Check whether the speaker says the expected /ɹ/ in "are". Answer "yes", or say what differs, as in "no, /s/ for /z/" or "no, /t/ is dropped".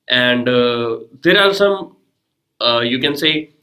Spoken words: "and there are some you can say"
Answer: no, /l/ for /ɹ/